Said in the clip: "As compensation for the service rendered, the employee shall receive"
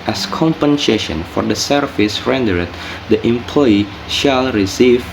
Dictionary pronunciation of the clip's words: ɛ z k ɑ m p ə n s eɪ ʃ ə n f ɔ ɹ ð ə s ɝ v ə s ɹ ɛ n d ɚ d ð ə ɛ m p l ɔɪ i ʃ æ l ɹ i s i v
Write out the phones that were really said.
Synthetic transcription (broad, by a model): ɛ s k ɑ m p ə n s eɪ ʃ ə n f ɔ ɹ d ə s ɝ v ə s ɹ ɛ n d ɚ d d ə ɛ m p l ɔɪ i ʃ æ l ɹ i s i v